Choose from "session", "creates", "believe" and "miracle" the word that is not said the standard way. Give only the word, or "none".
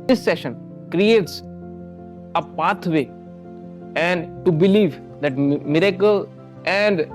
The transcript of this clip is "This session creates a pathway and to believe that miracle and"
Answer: none